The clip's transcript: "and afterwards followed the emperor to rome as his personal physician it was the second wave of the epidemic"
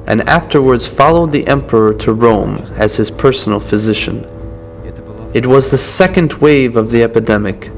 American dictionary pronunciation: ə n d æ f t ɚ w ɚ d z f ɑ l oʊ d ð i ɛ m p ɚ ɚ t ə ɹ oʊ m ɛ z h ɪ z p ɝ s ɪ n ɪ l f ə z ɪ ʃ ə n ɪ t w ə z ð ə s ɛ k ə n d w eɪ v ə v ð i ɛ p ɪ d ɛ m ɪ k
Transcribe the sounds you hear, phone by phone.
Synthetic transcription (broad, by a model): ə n æ f t ɚ w ɚ d z f ɑ l oʊ d ð i ɛ m p ɚ ɚ t ə ɹ oʊ m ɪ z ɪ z p ɝ s n l f ə z ɪ ʃ ə n ɪ t w ə z ð ə s ɛ k ə n d w eɪ v ə v ð i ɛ p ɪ d ɛ m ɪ k